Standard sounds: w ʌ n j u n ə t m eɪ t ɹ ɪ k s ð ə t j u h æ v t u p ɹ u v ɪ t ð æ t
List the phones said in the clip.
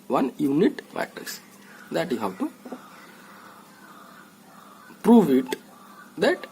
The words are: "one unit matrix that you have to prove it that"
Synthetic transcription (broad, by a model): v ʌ n j u n ə t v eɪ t ɪ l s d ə t j u h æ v t u p ɹ u v ɪ t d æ t